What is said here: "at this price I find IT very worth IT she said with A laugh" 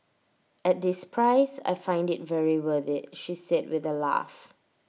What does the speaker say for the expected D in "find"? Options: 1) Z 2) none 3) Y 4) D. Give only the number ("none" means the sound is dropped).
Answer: 4